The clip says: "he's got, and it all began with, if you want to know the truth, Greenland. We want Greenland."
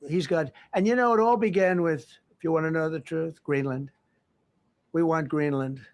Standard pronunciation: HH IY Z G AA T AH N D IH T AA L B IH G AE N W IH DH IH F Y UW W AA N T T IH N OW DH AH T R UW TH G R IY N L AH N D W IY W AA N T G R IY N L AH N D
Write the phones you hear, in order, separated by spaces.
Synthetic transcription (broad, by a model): HH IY Z G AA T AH N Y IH T AA L B IH G AE N W IH DH IH F Y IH W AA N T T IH N OW DH AH T R UW TH G R IY N L AH N D W IY W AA N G R IY N L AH N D